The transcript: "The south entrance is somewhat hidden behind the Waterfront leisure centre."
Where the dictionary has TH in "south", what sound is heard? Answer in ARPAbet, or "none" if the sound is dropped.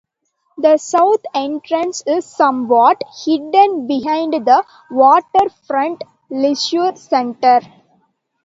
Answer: T